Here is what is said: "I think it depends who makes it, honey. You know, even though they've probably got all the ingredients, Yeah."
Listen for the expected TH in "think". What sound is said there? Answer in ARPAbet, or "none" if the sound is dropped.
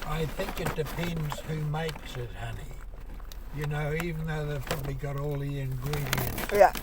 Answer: TH